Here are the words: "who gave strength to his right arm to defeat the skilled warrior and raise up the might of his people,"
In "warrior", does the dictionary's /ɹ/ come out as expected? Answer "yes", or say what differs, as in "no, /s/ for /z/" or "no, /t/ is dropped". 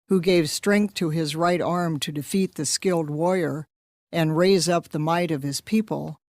no, /ɹ/ is dropped